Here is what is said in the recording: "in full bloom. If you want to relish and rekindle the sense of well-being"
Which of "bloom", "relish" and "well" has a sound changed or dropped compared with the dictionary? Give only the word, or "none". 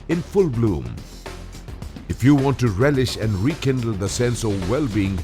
none